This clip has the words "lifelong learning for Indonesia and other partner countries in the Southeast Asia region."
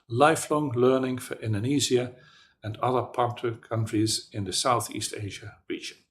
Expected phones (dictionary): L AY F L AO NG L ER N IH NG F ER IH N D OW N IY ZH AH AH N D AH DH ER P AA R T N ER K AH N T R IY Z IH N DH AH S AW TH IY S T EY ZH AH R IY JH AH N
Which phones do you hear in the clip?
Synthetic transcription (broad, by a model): L AY F L AO NG L ER N IH NG F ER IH N D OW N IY Z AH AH N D AH DH ER P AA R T ER K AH N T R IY Z IH N DH AH S AW TH IY S T EY ZH AH R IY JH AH N